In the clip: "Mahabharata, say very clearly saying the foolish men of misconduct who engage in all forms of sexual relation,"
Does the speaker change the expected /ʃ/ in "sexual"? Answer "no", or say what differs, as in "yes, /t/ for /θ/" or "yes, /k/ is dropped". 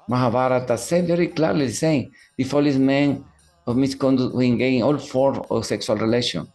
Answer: yes, /s/ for /ʃ/